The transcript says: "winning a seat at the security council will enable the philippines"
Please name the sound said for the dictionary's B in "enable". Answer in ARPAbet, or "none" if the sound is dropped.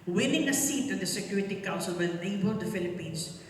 none